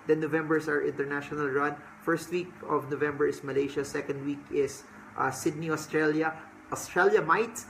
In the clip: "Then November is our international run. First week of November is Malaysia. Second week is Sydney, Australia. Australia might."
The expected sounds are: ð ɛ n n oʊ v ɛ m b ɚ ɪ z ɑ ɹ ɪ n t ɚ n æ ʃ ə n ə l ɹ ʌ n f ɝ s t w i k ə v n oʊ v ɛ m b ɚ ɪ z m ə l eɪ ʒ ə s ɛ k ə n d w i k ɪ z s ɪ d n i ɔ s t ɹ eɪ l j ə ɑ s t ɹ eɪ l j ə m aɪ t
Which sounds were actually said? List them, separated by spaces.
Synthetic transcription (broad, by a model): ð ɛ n n oʊ v ɛ m b ɚ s ɑ ɹ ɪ n t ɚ n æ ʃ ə n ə l ɹ ʌ n f ɝ s t w i k ə v n oʊ v ɛ m b ɚ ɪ s m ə l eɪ ʃ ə s ɛ k ə n d w i k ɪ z s ɪ d n i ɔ s t ɹ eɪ l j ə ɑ s t ɹ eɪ l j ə m aɪ t